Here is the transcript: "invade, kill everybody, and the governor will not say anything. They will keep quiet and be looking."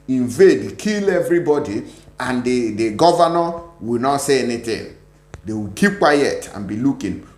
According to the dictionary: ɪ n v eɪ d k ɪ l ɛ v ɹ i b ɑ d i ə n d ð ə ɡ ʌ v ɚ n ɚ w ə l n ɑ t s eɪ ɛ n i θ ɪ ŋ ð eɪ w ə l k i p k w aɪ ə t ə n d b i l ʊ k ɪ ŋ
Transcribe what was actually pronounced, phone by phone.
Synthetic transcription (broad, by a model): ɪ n v eɪ d k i l ɛ v ɹ i b ɑ d i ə n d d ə ɡ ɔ v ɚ n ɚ w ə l n ɑ t s eɪ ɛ n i t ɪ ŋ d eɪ w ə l k i p k w aɪ ə t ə n b i l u k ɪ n